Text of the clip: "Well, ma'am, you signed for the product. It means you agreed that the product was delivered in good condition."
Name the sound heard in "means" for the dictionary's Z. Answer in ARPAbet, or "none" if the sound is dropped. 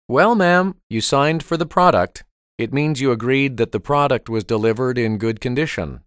Z